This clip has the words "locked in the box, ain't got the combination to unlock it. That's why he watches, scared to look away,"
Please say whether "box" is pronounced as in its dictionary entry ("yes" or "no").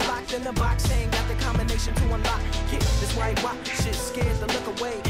yes